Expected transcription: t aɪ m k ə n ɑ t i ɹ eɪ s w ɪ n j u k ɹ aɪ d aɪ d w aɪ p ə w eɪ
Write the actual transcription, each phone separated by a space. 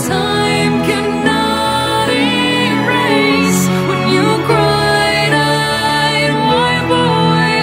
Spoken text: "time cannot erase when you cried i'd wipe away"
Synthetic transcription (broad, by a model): t aɪ m k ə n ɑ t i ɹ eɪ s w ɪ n j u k ɹ aɪ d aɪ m aɪ b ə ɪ